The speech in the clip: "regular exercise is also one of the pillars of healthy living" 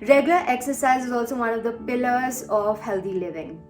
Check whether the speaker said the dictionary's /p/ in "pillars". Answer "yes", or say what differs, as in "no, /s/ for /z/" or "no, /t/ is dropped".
yes